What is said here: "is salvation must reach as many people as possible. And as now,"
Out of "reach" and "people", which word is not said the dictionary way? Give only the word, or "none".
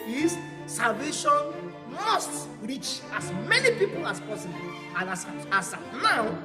none